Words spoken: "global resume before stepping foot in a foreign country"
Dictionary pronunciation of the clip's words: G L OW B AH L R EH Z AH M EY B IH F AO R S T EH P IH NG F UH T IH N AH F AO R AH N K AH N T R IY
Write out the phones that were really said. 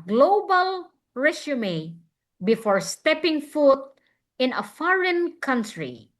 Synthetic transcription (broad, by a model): G L OW B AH L R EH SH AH M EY B IH F AO R S T EH P IH NG F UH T IH N AH F AO R AH N K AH N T R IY